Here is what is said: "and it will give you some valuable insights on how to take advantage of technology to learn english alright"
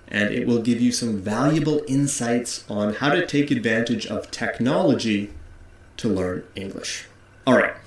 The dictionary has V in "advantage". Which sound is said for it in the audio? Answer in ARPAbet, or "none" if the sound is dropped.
V